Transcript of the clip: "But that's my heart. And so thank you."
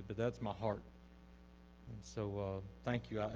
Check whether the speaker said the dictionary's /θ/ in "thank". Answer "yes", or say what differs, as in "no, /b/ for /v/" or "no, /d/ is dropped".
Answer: yes